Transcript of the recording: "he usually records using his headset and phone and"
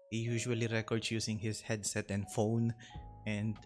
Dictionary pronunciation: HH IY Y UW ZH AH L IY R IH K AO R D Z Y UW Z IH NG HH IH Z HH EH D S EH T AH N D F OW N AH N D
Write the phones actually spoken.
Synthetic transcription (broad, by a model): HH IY Y UW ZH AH L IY R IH K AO R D S Y UW S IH NG HH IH S HH EH D S EH T AH N D F OW N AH N D